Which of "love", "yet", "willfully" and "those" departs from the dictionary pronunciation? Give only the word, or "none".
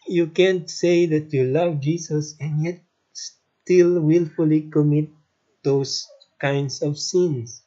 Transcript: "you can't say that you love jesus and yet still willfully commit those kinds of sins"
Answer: those